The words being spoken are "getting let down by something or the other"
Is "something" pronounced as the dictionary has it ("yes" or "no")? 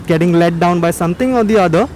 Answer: no